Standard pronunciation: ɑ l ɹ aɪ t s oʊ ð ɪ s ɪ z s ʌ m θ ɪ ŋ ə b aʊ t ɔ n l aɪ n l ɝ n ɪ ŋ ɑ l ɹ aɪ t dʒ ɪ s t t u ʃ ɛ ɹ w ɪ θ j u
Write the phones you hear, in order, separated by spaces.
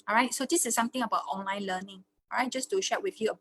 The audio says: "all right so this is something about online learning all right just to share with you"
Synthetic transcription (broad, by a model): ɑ ɹ aɪ t s oʊ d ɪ s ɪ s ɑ m t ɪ ŋ ə b aʊ t ɔ n l aɪ n l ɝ n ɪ ŋ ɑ ɹ aɪ t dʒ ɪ s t t u ʃ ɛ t w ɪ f j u